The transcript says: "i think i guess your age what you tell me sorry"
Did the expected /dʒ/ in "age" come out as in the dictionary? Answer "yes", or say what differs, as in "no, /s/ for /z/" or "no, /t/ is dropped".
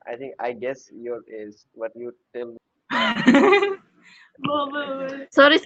no, /z/ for /dʒ/